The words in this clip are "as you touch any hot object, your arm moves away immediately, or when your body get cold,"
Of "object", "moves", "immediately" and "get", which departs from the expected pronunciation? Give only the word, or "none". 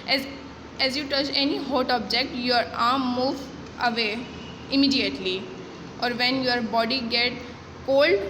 moves